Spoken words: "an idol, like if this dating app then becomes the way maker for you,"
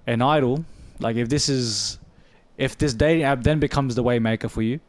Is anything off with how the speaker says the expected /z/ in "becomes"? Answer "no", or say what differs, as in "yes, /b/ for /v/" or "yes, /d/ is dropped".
no